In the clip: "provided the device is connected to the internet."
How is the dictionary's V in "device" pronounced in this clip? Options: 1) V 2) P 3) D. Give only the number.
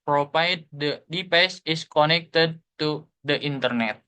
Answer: 2